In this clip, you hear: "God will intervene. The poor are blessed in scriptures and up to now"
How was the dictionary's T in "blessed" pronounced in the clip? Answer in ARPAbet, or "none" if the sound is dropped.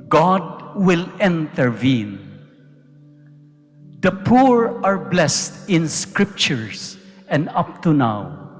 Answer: T